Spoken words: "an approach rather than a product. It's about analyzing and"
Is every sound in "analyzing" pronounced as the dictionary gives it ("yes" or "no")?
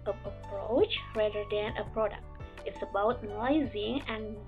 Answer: no